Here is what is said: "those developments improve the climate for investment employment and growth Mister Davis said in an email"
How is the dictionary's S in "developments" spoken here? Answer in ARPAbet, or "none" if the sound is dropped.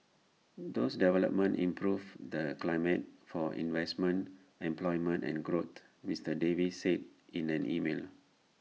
none